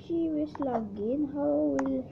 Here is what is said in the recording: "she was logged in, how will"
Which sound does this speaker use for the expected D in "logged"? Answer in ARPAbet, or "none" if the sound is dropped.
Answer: none